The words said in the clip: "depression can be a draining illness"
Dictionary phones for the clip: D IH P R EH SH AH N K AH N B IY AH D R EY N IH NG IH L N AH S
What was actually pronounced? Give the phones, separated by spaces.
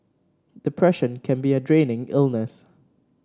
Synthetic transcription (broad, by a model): D IH P R EH SH AH N K AH N B IY AH D R EY N IH NG IH L N AH S